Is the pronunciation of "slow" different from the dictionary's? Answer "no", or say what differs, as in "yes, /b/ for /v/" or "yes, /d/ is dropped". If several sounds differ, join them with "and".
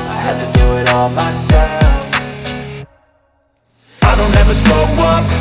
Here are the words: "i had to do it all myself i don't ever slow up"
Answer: yes, /l/ is dropped